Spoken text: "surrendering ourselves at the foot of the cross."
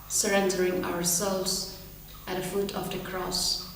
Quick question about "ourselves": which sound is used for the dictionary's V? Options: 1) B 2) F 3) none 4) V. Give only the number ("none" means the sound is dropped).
3